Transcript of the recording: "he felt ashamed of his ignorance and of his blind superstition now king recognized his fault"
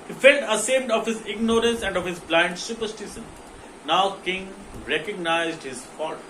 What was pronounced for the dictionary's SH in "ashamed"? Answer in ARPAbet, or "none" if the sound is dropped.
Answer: S